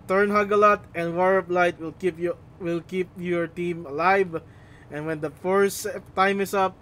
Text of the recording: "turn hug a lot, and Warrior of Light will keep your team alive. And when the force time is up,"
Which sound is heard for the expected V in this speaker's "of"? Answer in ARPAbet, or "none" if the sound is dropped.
P